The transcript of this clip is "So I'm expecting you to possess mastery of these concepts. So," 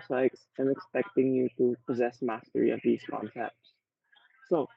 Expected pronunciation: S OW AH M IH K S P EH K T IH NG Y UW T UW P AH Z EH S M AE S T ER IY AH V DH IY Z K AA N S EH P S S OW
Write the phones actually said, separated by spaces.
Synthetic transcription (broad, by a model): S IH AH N IH K S P EH K T IH NG Y UW T UW P AH Z EH S M AE S T ER IY AH V DH IY Z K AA N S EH P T S OW